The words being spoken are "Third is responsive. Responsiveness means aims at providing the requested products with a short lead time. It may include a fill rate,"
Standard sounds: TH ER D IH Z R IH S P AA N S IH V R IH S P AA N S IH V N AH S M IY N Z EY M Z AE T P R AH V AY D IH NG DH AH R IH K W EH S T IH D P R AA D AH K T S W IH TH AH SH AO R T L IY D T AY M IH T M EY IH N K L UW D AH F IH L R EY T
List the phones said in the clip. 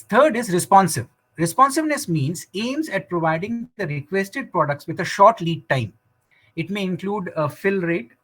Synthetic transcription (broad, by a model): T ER D IH Z R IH S P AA N S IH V R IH S P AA N S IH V N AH S M IY N Z EY M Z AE T P R AH V AY D IH NG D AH R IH K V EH S T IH D P R AA D AH K T S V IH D AH SH AO R T L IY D T AY M IH T M EY IH N K L UW D AH F IH L R EY T